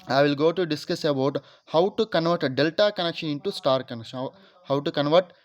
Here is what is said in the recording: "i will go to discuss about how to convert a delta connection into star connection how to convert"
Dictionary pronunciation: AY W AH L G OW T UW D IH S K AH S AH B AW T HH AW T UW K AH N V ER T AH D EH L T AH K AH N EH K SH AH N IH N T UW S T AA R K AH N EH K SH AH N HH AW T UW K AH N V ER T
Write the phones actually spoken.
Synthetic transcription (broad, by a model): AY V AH L G OW T UW D IH S K AH S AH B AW T HH AW T UW K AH N V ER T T D EH L T AH K AH N EH K SH AH N IH N T UW S T AA R K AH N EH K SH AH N HH AW T UW K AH N V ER T